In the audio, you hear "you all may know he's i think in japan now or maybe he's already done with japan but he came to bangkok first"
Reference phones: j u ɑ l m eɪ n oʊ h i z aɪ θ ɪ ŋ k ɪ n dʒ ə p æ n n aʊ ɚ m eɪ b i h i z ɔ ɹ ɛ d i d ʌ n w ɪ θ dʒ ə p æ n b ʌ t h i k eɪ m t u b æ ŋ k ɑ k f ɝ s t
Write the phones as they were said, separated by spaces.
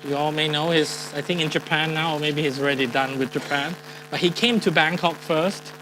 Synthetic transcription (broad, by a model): j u ɑ l m eɪ n oʊ h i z aɪ θ ɪ ŋ k ɪ n dʒ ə p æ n n aʊ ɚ m eɪ b i h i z ɔ ɹ ɛ d i d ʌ n w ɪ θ dʒ ə p æ n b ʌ t h i k eɪ m t u b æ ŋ k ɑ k f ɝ s t